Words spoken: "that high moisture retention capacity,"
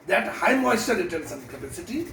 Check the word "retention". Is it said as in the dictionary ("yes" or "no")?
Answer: no